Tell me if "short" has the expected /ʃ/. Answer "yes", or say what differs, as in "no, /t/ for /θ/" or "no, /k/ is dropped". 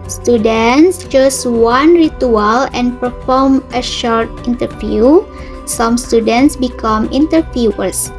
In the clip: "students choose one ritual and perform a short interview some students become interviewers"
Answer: yes